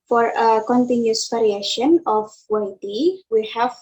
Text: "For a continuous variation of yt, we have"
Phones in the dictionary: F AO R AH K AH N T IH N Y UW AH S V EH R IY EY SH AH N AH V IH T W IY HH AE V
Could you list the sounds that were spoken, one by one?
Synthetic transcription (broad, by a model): F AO R AH K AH N T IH N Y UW S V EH R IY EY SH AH N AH W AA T W IY HH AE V